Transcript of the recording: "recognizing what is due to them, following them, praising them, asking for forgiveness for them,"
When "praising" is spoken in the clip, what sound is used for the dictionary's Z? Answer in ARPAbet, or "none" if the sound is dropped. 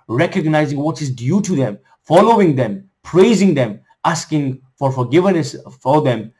Z